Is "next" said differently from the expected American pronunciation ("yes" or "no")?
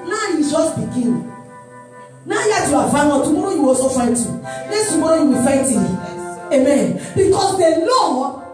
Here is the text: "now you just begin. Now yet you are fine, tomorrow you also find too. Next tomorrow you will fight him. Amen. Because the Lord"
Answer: yes